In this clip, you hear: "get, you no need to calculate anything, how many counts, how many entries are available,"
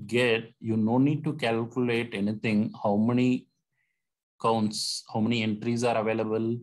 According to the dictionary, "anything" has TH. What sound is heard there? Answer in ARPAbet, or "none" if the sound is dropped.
T